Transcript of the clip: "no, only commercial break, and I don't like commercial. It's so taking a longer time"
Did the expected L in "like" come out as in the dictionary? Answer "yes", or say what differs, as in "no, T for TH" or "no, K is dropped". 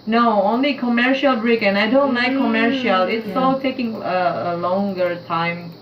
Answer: no, N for L